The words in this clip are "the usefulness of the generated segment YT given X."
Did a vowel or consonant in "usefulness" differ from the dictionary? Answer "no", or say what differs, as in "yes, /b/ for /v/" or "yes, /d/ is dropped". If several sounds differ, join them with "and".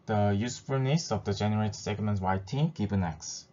yes, /l/ is dropped